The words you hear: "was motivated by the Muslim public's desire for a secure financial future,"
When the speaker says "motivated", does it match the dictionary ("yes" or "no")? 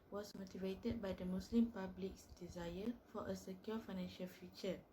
yes